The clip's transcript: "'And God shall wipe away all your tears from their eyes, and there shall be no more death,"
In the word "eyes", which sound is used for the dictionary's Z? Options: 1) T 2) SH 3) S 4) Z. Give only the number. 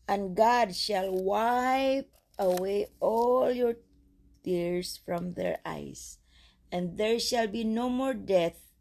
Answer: 3